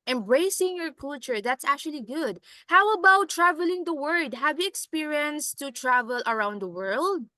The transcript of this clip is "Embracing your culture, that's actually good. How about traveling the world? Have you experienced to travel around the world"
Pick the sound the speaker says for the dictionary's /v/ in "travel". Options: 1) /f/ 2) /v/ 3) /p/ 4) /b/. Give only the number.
2